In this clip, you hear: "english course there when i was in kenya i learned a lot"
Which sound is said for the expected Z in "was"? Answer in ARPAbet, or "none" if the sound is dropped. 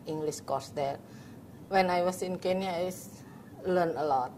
S